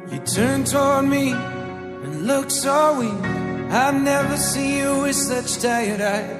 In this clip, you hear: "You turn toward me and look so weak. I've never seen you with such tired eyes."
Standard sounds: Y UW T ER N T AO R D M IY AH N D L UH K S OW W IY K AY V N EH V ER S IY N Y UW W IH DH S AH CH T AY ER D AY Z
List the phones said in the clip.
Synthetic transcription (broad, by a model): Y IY T ER N T AO R D M IY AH N L UH K S OW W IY AY V N EH V ER S IY N Y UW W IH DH S AH CH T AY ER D AY